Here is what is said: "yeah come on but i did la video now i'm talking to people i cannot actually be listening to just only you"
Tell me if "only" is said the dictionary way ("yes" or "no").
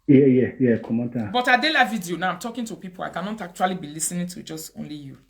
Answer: yes